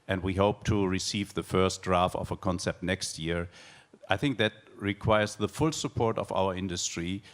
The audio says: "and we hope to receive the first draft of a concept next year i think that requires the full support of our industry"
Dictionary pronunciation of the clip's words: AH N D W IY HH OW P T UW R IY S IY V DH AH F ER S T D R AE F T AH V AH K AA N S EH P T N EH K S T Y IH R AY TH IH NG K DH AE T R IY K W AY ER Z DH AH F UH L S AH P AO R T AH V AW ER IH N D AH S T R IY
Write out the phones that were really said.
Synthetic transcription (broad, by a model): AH N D W IY HH OW P T UW R IY S IY V DH AH F ER S T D R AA F T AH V AH K AA N S EH P T N EH K S T Y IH R AY TH IH NG K DH AE T R IY K W AY ER Z DH AH F UH L S AH P AO R T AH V AW ER IH N D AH S T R IY